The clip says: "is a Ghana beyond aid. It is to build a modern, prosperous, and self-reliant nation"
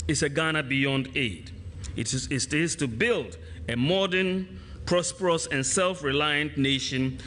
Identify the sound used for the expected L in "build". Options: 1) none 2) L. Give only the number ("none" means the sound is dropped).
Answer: 2